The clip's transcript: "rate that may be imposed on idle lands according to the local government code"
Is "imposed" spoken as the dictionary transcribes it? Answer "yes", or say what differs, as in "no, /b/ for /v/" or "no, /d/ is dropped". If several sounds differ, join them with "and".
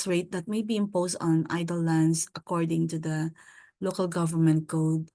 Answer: no, /s/ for /z/